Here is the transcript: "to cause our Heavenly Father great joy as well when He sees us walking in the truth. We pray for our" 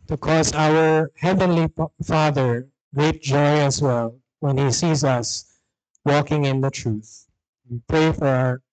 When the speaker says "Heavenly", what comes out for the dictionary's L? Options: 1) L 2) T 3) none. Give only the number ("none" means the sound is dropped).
1